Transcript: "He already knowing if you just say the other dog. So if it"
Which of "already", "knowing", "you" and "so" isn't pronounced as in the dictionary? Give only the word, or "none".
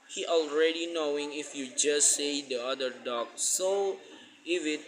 none